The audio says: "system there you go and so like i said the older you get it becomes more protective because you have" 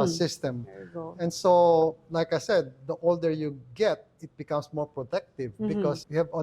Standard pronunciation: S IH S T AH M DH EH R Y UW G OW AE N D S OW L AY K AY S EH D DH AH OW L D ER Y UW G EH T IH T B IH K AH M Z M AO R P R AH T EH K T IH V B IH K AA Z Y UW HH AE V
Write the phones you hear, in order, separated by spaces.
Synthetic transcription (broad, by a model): S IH S T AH M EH N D S OW L AY K AY S EH D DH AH OW L D ER Y UW G EH T IH T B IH K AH M S M AO R P R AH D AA K T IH V B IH K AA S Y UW HH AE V